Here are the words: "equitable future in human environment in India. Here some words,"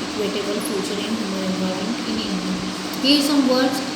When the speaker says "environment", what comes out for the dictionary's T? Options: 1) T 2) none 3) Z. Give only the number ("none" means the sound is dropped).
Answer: 2